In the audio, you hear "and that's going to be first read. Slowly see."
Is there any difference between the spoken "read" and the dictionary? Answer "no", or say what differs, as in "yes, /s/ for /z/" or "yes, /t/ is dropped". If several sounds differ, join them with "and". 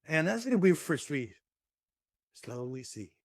yes, /w/ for /ɹ/